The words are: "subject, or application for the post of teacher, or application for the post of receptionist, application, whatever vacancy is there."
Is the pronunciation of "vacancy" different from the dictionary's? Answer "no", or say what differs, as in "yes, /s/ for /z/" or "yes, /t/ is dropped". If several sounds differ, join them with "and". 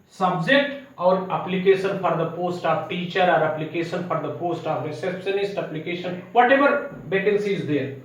yes, /b/ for /v/